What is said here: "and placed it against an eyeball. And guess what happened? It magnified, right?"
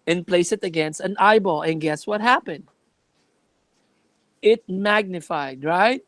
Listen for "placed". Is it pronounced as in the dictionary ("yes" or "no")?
no